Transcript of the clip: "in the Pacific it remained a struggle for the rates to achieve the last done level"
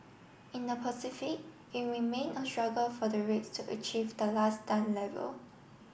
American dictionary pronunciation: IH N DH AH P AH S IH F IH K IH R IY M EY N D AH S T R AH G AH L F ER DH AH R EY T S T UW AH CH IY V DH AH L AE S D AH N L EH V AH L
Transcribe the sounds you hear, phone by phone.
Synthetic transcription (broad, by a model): IH N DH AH P AH S IH F IH K IH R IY M EY N AH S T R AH G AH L F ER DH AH R EY T S T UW AH CH IY V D AH L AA S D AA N L EH V AH L